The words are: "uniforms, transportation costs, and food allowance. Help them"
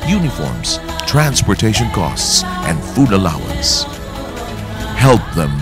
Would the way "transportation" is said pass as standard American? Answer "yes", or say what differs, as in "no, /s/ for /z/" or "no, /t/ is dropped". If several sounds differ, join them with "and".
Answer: yes